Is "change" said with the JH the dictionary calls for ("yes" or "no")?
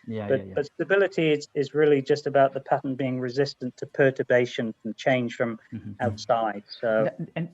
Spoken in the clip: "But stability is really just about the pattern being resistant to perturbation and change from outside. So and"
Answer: no